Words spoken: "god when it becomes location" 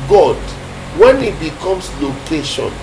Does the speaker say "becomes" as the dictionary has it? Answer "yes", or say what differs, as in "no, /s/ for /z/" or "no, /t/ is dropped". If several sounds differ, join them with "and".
no, /s/ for /z/